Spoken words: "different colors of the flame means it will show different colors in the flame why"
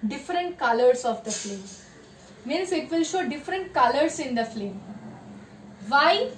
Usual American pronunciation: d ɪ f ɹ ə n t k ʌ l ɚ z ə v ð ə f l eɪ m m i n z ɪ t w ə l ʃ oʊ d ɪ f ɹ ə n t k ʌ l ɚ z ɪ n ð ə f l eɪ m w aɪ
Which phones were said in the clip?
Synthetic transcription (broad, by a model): d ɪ f ɹ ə n t k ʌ l ɚ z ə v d ə f l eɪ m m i n s ɪ t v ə l ʃ oʊ d ɪ f ɹ ə n t k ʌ l ɚ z ɪ n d ə f l eɪ m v aɪ